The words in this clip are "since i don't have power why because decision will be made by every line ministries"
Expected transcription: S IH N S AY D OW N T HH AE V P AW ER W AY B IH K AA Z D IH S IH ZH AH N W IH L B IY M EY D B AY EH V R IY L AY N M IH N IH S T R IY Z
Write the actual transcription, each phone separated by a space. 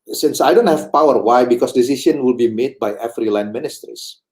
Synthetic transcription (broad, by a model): S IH N S AY D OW N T HH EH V P AW ER W AY B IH K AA S D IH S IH SH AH N W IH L B IY M EY D B AY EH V R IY L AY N M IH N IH S T R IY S